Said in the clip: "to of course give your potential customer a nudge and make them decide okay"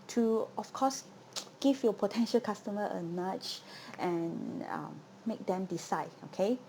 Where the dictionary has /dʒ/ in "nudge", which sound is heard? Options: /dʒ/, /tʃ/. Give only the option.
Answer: /tʃ/